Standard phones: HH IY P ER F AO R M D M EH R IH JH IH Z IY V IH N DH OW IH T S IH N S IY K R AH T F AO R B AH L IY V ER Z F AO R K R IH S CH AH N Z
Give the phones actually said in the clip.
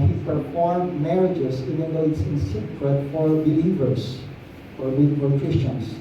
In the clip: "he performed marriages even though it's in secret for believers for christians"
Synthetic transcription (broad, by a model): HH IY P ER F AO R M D M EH R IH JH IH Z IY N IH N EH IH T S IH N S IY K R AH T F AO R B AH L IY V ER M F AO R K R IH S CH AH N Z